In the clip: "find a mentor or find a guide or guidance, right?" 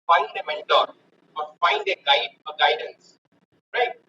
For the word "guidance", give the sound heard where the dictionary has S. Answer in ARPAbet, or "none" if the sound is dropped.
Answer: S